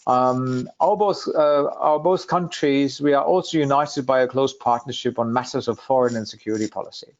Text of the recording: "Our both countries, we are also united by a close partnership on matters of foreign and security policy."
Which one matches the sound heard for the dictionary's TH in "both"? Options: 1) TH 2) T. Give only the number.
1